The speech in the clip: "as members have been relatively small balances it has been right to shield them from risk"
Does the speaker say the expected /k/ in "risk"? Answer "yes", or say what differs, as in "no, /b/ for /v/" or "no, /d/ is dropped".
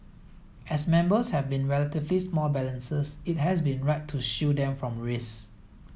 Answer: no, /k/ is dropped